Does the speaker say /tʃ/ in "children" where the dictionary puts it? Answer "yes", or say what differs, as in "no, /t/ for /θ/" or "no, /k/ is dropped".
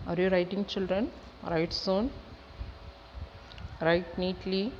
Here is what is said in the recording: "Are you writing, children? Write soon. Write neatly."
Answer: yes